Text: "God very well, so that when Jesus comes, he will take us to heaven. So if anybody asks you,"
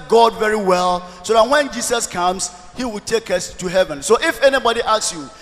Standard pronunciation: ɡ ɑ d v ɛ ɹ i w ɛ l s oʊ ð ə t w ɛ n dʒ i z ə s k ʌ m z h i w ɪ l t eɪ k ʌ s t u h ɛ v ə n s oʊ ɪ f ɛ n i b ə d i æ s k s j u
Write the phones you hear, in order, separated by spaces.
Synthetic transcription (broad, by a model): ɡ ɑ d v ɛ ɹ i w ɛ l s oʊ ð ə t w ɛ n dʒ i s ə s k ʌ m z h i w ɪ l t eɪ k ʌ s t u h ɛ v ə n s oʊ ɪ f ɛ n i b ə d i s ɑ s j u